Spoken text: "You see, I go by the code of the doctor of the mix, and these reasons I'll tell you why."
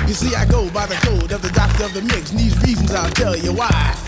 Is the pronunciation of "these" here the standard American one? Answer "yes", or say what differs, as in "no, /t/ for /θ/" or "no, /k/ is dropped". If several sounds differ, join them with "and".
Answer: yes